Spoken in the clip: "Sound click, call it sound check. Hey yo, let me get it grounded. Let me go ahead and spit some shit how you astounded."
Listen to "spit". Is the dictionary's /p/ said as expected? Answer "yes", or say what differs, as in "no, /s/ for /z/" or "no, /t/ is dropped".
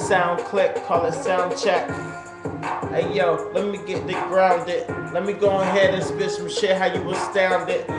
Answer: no, /b/ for /p/